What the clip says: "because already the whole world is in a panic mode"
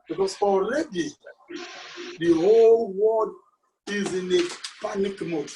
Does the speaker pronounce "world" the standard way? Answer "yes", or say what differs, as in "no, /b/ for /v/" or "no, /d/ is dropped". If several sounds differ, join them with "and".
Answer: no, /l/ is dropped